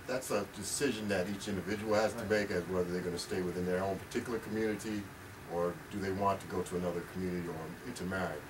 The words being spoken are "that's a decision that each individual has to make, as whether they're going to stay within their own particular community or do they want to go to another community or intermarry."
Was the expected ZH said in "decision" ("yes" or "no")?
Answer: yes